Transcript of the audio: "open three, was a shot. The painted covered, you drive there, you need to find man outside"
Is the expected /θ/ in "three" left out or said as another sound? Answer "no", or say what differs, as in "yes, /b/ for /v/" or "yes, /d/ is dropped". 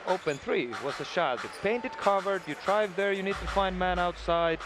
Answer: no